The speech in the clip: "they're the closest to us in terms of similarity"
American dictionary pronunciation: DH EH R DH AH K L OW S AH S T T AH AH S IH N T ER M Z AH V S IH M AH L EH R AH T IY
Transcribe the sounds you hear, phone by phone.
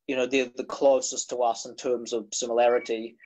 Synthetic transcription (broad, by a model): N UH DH DH AH K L OW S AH S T T AH AH S IH N T ER M Z AH V S IH M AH L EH R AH T IY